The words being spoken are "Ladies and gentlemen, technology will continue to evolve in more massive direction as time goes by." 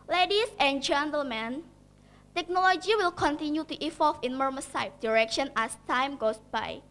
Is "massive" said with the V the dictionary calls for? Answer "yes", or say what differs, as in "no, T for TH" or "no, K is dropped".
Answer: no, F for V